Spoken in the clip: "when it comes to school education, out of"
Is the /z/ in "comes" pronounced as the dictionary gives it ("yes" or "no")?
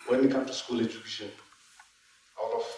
no